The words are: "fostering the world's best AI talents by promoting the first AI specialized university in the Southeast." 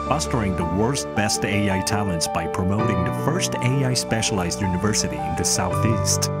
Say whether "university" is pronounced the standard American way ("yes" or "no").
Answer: yes